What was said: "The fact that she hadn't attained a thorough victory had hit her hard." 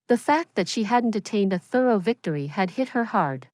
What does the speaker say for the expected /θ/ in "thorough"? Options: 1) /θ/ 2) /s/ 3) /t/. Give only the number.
1